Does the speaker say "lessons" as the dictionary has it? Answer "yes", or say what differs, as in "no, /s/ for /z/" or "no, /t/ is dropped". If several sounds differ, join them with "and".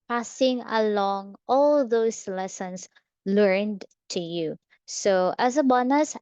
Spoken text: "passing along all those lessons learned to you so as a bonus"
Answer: no, /s/ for /z/